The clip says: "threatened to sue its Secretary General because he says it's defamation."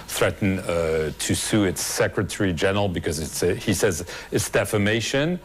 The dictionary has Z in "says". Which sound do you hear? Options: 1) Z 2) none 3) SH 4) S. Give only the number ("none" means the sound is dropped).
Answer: 1